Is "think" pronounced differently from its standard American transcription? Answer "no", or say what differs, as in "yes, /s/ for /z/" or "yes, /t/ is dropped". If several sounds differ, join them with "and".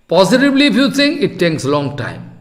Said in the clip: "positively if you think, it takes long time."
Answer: yes, /s/ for /θ/ and /k/ is dropped